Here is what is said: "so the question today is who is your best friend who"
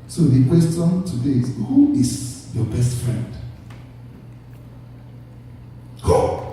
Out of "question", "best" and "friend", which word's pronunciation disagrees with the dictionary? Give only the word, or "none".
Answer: question